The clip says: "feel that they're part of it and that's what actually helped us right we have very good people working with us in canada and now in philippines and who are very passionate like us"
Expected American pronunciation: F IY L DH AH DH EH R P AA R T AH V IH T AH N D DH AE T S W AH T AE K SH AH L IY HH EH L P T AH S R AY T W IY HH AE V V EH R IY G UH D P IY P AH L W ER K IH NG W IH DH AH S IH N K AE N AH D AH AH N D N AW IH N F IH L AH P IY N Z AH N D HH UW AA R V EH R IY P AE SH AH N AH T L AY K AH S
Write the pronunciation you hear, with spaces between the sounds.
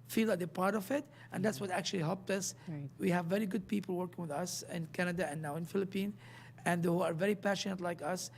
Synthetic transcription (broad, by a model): F IY L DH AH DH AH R P AA R T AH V IH T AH N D DH AE T S W AH T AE K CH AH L IY HH EH L P T AH S W IY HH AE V V EH R IY G UH D P IY P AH L W ER K IH NG W IH DH AH S IH N K AE N AH D AH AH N N AW IH N F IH L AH P IY N AH N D HH UW AA R V EH R IY P AE SH AH N AH T L AY K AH S